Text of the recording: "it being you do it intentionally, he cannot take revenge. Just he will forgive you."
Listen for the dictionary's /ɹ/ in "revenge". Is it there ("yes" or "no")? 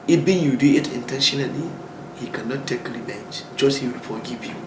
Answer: no